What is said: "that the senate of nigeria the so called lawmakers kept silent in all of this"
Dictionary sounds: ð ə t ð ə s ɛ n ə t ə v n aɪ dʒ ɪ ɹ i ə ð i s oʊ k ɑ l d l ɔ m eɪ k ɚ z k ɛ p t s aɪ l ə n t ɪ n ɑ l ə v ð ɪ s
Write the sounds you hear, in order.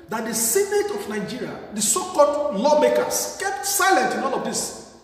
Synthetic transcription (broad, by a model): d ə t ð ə s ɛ n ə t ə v n aɪ dʒ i ɹ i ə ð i s oʊ k ɑ l d l ɔ m eɪ k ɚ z k ɛ p t s aɪ l ə n t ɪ n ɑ n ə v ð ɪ s